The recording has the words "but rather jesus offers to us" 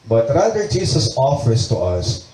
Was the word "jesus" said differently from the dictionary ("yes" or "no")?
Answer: yes